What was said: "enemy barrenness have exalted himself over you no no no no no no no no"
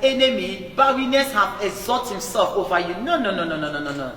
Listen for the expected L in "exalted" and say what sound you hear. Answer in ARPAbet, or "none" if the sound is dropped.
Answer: none